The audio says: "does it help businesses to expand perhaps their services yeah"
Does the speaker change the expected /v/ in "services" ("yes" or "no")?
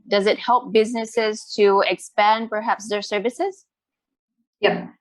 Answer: no